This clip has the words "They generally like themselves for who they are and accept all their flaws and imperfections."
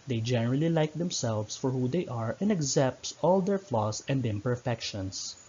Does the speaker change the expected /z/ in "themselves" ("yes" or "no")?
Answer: yes